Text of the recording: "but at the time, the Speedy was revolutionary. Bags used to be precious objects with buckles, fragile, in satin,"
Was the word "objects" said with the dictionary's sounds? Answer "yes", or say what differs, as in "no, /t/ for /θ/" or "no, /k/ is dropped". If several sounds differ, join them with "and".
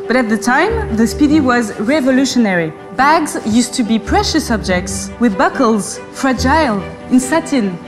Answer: yes